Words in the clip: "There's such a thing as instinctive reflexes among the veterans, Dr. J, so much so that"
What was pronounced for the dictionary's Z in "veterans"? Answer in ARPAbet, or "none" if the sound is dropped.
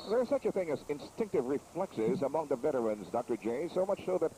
Z